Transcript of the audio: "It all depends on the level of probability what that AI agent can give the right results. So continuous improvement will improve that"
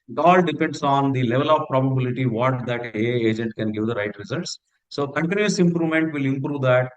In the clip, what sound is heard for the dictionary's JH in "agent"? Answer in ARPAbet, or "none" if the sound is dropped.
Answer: JH